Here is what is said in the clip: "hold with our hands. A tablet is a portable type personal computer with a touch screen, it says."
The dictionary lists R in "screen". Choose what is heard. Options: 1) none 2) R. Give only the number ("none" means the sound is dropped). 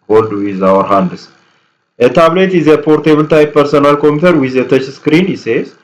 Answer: 2